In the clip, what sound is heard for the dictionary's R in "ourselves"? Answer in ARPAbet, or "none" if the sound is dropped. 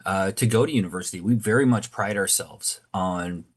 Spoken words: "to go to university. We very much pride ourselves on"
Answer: R